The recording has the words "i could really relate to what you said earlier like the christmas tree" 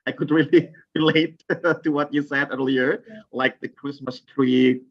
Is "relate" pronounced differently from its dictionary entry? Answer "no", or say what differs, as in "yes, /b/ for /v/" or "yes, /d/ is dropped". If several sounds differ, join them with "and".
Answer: no